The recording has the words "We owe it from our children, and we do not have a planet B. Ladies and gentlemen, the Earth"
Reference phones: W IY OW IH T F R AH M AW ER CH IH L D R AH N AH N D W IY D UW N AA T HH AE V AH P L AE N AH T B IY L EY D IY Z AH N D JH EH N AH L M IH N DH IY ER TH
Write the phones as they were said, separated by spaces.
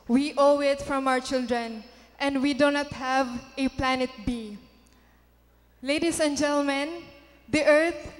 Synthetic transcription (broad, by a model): W IY OW IH T F R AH M AW ER CH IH L D R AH N AH N D W IY D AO N AA T HH AE V AH P L AE N AH T B IY L EY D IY S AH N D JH EH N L M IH N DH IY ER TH